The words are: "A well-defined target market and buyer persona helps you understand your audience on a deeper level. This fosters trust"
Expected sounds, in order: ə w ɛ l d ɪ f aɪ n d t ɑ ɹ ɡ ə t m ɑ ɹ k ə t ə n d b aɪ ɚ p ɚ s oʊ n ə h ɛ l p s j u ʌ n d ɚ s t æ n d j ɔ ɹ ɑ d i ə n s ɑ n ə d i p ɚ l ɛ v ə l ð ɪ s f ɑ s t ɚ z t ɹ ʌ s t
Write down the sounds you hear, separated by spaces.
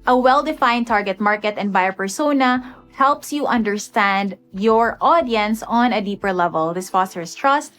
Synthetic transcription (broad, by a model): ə w ɛ l d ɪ f aɪ n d t ɑ ɹ ɡ ə t m ɑ ɹ k ə t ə n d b aɪ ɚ p ɚ s oʊ n ə h ɛ l p s j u ʌ n d ɚ s t æ n d j ɔ ɹ ɑ d i ə n s ɑ n ə d i p ɚ l ɛ v ə l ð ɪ s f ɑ s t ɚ s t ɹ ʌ s t